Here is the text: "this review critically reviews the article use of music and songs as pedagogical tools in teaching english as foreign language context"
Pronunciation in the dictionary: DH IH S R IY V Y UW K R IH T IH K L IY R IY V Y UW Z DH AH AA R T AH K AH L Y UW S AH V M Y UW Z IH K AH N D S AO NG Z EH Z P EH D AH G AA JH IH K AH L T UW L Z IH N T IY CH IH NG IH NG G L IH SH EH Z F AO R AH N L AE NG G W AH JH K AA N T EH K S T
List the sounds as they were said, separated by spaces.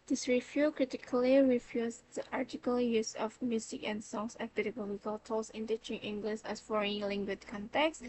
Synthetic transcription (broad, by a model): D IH S R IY F Y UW K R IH T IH K L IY R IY F Y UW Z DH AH AA R T AH K AH L Y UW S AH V M Y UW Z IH K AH N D S AO NG S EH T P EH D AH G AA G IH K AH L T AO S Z IH N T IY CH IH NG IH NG G L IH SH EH S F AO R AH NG L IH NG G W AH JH K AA N T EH K S